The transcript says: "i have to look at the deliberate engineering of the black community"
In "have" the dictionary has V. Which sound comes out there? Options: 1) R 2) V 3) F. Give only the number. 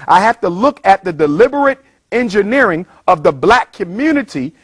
3